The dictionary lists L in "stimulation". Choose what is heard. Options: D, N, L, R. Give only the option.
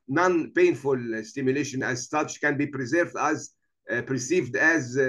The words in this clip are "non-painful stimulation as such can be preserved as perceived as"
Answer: L